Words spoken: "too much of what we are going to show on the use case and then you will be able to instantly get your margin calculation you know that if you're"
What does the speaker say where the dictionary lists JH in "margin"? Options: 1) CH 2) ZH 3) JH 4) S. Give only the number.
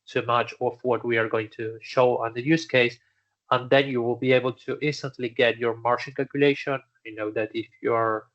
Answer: 1